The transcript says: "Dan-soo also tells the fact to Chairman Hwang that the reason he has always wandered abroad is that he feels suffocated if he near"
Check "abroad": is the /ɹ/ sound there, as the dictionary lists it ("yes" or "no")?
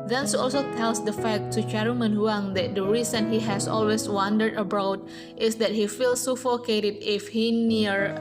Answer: no